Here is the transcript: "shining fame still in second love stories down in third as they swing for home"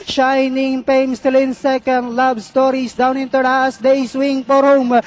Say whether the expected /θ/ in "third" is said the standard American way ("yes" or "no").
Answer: no